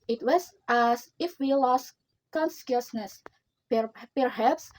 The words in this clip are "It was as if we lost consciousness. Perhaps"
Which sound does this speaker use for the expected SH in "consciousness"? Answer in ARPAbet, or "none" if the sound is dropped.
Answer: S